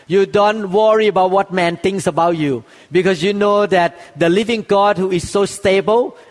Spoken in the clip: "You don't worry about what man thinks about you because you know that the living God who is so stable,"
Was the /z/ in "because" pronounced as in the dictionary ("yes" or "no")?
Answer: no